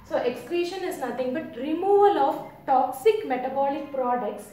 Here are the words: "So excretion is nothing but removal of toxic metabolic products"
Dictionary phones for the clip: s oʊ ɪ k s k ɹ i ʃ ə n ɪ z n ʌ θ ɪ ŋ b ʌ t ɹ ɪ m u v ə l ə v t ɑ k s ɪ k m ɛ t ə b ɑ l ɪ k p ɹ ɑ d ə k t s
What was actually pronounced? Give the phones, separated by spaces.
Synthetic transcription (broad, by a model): s oʊ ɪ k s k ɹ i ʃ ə n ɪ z n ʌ t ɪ ŋ b ʌ t ɹ ɪ m u v ə l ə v t ɑ k s ɪ k m ɛ t ə b ɑ l ɪ k p ɹ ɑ d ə k t s